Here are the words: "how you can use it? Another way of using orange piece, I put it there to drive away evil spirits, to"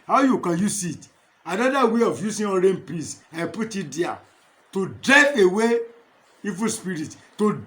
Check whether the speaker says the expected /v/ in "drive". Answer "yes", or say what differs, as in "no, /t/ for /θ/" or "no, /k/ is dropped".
no, /v/ is dropped